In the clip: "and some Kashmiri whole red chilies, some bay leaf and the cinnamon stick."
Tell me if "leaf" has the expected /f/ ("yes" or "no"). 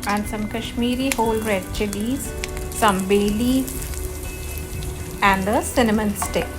no